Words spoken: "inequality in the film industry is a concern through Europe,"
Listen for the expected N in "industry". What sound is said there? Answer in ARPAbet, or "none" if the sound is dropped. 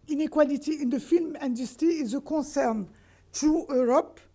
none